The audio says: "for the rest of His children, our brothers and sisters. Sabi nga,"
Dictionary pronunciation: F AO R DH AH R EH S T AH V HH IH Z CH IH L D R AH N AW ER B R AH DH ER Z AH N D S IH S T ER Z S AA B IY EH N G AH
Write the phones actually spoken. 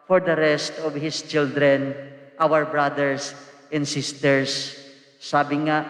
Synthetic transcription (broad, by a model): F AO R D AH R EH S T AH V HH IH S CH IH L D R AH N AW ER B R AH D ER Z AH N D S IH S T ER S AA B IY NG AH